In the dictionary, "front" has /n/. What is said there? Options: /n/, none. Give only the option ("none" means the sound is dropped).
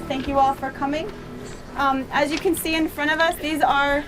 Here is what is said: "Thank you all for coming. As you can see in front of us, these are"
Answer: none